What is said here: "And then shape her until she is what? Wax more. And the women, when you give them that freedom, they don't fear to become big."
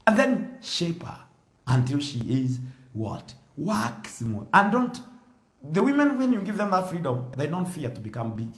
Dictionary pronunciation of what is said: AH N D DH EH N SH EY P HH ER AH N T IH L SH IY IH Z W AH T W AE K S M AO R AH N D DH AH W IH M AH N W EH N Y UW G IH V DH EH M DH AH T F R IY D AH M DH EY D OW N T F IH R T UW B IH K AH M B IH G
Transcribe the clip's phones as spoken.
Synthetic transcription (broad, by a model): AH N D DH EH N SH EY P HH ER AH N T IH L SH IY IH Z W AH T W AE K S M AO L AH N D DH AH W IH M AH N W EH N Y UW G IH V DH EH M DH AH T F R IY D AH M DH EY D OW N T F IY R T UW B IH K AH M B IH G